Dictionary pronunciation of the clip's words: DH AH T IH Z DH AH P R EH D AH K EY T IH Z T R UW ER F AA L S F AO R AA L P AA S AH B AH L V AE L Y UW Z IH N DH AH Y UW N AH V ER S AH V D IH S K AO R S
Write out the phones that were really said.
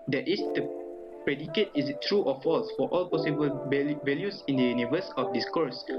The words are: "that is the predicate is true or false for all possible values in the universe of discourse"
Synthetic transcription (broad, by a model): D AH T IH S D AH P R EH D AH K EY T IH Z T R UW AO F AA L S F AO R AA L P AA S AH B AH L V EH L Y UW S IH N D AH Y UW N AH V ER S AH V D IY S K AO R S